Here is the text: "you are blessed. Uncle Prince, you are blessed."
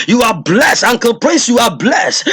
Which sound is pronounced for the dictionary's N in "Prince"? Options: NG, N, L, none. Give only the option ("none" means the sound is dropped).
none